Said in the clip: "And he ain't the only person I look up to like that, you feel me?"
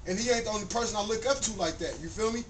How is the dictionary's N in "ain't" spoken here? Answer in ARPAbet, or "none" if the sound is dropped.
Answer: none